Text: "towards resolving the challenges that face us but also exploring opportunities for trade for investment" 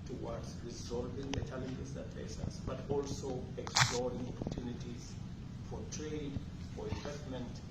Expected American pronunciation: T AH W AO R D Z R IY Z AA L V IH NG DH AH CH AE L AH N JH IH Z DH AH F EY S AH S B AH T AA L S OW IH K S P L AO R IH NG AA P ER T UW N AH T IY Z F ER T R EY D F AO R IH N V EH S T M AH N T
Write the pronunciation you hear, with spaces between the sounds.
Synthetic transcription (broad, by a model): T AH W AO D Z R IY Z AA L V IH NG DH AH CH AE L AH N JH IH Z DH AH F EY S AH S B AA T AA L S OW IH K S P L AO R IH NG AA P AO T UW N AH T IY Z F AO T R EY D F AO R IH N V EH S T M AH N T